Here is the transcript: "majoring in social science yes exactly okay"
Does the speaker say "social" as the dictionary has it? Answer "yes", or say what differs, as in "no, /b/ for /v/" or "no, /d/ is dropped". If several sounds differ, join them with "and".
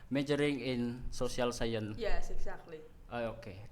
no, /s/ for /ʃ/